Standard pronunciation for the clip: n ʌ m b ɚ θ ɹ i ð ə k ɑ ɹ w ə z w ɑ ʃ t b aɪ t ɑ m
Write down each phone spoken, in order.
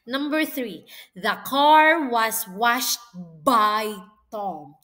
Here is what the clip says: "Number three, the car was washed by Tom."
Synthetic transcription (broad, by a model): n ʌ m b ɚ θ ɹ i ð ə k ɑ ɹ w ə s w ɑ ʃ t b aɪ t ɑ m